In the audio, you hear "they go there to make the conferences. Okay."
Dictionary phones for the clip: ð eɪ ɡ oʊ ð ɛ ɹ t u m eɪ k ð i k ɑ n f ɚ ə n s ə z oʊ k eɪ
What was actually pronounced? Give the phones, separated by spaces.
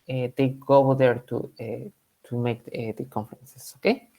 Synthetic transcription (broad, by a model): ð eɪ ɡ oʊ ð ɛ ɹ t u m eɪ k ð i k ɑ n f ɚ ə n s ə s oʊ k eɪ